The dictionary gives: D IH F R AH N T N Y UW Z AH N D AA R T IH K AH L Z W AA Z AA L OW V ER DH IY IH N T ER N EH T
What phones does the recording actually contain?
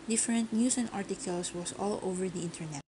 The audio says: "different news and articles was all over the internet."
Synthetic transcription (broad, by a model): D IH F R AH N T N Y UW S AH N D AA R T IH K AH L S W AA S AA L OW V ER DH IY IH N T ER N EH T